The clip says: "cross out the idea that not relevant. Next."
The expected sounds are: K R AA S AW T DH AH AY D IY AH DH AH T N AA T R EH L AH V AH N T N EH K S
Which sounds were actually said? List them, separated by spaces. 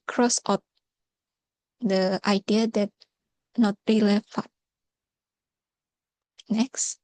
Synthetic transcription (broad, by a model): K R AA S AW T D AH AY D IY AH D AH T N AA T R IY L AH F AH T N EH K S